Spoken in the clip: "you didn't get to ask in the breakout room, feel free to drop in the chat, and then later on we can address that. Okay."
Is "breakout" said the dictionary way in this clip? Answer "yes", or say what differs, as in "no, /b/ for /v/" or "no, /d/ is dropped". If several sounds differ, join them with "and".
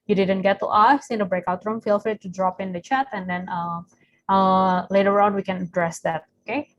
yes